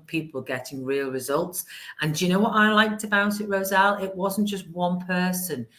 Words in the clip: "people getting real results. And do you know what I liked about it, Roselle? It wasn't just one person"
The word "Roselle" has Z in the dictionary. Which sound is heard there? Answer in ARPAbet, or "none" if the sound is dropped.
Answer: Z